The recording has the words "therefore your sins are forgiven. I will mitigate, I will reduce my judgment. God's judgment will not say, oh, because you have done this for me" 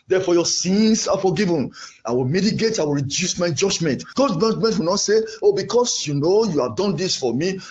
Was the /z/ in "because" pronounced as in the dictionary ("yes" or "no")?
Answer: no